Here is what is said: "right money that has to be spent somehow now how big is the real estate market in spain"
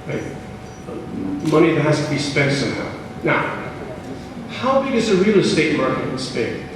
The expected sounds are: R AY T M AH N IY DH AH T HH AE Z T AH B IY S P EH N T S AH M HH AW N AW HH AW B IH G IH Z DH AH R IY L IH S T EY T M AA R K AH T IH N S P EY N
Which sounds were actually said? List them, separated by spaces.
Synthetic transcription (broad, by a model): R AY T M AH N IY DH AH T HH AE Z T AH B IY S P EH N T S AH M HH AW N AW HH AW B IH G IH Z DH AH R IY L IH S T EY T M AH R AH IH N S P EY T